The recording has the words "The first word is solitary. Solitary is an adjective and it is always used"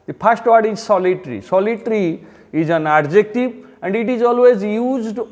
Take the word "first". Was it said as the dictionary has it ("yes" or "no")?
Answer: no